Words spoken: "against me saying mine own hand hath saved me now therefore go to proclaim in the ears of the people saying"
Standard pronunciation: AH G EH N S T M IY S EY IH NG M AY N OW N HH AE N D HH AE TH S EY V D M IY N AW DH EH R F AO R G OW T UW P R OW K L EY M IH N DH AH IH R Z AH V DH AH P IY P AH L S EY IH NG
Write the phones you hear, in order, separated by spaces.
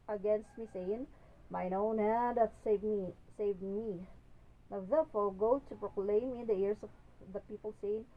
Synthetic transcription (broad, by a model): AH G EH N S T M IY S EY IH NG M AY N OW N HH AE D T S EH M S EY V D M IY N AW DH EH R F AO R G OW T UW P R OW K L EY M IH N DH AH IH R S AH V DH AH P IY P AH L S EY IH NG